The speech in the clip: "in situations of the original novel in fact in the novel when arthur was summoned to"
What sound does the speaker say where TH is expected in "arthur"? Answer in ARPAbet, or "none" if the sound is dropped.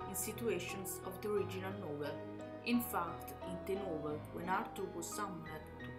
T